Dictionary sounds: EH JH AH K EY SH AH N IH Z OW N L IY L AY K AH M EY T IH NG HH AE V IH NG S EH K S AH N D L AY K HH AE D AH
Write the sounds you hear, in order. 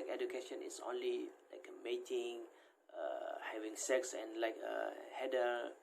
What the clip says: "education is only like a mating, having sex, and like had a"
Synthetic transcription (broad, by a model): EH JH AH K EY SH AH N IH S OW N L IY L AY K AH M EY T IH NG HH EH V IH NG S EH K S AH N L AY K HH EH D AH